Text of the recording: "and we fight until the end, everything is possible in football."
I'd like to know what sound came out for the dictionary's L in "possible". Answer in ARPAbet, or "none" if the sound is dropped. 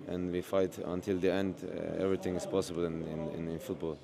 N